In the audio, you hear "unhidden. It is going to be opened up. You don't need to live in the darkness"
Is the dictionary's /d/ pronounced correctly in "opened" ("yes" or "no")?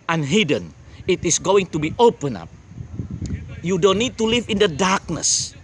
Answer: no